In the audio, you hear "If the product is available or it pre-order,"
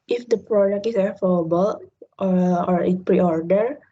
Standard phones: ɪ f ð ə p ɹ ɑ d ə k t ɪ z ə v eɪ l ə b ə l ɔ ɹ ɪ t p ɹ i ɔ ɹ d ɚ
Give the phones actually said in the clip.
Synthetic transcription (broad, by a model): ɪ f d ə p ɹ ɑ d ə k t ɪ s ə f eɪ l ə b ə l ɔ ɹ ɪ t p ɹ i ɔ ɹ d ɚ